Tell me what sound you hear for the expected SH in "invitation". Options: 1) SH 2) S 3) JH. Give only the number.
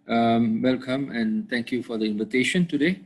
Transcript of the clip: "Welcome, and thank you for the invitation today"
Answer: 1